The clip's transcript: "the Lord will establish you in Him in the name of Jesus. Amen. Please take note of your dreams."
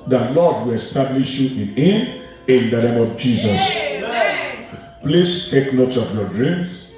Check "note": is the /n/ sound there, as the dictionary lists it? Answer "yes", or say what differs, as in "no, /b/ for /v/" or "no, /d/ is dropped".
yes